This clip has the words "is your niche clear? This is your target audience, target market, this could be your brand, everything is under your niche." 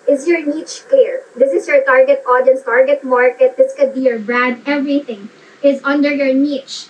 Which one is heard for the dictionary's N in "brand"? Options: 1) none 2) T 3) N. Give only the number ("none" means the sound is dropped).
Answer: 1